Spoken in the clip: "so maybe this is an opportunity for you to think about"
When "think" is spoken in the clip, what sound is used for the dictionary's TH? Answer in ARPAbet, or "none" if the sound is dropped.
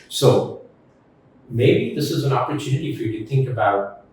TH